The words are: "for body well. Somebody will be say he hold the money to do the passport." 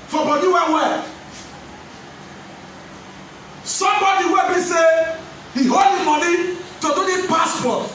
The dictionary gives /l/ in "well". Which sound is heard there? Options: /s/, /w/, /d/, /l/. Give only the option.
/w/